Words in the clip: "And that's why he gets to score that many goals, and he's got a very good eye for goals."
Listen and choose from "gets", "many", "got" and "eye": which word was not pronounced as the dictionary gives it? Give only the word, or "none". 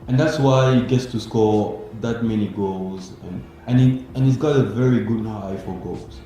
none